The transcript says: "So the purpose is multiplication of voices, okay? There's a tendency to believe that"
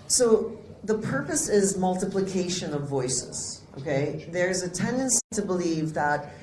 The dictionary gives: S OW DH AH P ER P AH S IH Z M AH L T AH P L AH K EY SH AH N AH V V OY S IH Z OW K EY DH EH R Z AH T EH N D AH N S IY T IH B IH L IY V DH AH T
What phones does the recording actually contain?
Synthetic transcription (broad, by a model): S OW DH AH P ER P AH S IH Z M AH L T AH P L AH K EY SH AH N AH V V OY S IH Z OW K EY DH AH R Z AH T EH N D AH N S IY T IH B IH L IY V DH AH T